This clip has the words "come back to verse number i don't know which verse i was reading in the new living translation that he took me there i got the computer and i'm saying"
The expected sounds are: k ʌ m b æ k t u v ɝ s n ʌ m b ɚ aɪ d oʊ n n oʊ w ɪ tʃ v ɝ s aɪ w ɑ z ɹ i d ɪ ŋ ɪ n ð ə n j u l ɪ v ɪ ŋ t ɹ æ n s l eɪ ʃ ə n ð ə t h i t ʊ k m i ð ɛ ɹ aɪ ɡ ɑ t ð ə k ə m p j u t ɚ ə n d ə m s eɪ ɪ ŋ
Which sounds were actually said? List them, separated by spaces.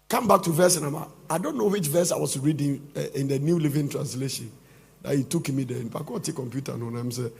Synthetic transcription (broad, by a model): k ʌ m b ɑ k t u v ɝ s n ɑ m ɑ aɪ d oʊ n n oʊ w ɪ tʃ v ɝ s aɪ w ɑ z ɹ i d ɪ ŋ ɪ n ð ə n j u l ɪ v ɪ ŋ t ɹ æ n s l eɪ ʃ ə n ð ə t h i t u k m i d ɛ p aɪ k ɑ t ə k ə m p j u t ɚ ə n ə m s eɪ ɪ